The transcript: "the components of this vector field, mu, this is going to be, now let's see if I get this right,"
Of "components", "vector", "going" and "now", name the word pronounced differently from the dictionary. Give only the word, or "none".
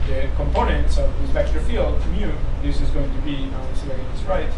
vector